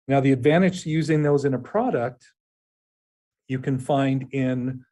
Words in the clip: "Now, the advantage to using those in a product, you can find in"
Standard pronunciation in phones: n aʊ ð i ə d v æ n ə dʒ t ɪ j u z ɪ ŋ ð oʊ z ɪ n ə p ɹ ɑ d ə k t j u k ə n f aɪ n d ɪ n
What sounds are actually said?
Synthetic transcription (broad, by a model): n aʊ ð i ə d v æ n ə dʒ t ɪ j u z ɪ ŋ ð oʊ z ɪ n ə p ɹ ɑ d ə k t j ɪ k ə n f aɪ n d ɪ n